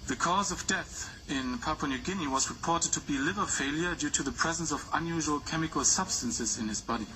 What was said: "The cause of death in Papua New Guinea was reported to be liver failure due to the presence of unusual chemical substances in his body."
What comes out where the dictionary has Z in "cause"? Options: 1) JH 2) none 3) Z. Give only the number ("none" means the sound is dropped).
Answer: 3